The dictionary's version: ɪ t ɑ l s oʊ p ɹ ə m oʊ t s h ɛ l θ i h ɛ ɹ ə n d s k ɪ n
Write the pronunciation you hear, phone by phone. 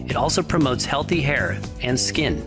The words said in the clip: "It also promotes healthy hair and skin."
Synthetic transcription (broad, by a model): ɪ t ɑ l s oʊ p ɹ ə m oʊ t s h ɛ l θ i h ɛ ɹ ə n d s k ɪ n